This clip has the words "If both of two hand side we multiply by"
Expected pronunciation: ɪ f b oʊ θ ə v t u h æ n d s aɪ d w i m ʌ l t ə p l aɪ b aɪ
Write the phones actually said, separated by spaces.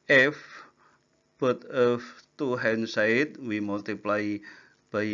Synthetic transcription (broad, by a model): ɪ f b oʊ t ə f t u h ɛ n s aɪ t w i m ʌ l t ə p l aɪ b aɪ